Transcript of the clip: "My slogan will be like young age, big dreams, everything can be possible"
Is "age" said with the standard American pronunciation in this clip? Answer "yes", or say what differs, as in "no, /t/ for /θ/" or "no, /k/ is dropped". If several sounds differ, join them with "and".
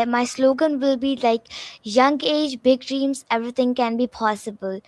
yes